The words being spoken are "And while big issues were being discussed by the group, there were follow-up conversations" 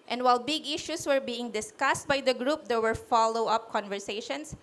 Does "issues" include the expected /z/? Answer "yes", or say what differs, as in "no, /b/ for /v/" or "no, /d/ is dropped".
no, /s/ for /z/